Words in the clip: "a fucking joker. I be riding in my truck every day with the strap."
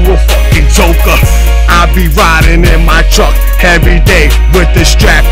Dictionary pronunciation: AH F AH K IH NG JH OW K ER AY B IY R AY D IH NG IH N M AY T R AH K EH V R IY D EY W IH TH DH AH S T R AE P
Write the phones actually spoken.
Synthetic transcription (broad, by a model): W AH IH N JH OW K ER AY B IY R AY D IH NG IH N M AY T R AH K EH V R IY D EY W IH DH AH S T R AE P